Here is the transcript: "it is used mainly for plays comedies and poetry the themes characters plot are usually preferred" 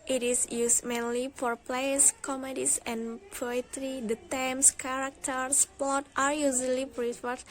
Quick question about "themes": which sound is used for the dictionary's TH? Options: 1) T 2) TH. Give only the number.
1